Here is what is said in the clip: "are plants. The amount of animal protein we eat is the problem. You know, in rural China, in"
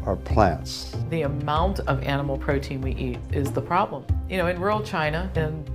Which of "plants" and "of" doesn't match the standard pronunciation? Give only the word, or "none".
none